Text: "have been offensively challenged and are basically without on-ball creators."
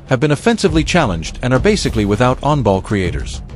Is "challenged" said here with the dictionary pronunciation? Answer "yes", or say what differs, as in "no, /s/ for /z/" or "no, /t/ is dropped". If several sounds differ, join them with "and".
yes